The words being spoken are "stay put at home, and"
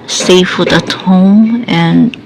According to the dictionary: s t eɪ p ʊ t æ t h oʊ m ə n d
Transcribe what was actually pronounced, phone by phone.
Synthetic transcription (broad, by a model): s t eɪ f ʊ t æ t h oʊ m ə n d